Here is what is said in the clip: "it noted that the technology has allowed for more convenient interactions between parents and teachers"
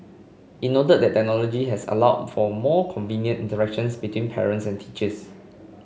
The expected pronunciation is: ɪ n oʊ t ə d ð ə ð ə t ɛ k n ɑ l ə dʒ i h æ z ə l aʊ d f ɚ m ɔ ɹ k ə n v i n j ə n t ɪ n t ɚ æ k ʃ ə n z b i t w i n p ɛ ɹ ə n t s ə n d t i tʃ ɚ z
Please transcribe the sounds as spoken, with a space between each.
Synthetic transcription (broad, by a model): ɪ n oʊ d ə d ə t t ɛ k n ɑ l ə dʒ i h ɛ s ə l aʊ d f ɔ m ɔ k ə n v i n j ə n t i n t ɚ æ k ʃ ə n s b i t w i n p ɛ ɹ ə n t s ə n t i tʃ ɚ s